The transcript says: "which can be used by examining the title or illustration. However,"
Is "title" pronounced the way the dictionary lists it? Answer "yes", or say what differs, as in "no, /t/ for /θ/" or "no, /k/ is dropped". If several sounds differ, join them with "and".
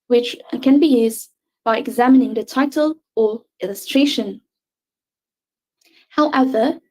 yes